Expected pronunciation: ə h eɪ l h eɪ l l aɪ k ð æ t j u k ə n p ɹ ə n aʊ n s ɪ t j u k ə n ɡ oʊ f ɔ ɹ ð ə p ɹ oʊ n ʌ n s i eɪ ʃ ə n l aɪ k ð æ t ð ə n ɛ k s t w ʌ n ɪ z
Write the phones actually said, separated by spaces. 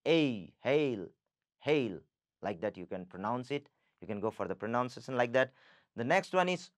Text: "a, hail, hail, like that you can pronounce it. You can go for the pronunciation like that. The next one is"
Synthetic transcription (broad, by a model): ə h eɪ l h eɪ l l aɪ k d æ t j u k ə n p ɹ ə n aʊ n s ɪ t j u k ə n ɡ oʊ f ɔ ɹ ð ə p ɹ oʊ n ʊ n s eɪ s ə n l aɪ k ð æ t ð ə n ɛ k s t w ʌ n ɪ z